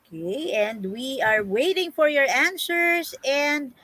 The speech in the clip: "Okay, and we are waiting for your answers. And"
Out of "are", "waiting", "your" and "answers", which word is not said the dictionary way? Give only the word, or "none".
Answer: answers